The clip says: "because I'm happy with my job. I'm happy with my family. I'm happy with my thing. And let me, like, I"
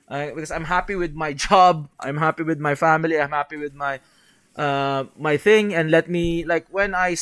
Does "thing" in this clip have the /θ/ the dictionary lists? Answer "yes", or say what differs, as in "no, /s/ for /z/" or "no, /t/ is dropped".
yes